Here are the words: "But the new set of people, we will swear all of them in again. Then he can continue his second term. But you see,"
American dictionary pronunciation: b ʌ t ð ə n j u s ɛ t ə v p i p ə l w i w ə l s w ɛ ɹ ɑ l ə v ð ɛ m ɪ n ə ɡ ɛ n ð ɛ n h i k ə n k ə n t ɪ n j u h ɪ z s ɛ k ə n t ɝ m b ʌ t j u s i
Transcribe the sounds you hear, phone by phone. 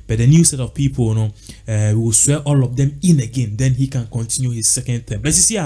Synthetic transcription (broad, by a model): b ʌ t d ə n j u s ɛ t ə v p i p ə n w i w ə l s w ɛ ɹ ɑ l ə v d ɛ m ɪ n ə ɡ ɛ n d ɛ n h i k ə n k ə n t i n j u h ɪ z s ɛ k ə n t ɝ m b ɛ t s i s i